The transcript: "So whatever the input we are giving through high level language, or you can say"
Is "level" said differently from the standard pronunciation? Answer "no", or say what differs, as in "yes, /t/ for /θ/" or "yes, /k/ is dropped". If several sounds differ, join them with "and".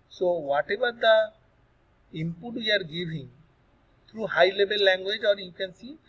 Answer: yes, /b/ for /v/